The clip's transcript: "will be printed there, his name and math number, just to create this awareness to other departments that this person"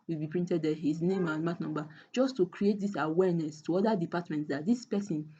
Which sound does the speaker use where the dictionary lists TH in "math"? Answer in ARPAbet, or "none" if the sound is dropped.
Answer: T